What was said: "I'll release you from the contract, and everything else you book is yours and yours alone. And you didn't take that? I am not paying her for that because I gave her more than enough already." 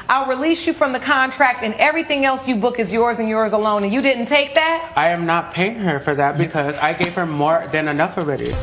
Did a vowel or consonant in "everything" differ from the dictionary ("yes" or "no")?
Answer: no